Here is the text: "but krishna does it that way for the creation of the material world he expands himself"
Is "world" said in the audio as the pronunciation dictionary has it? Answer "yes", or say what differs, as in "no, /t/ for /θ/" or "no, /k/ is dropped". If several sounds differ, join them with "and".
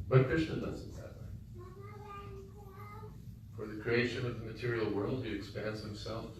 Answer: yes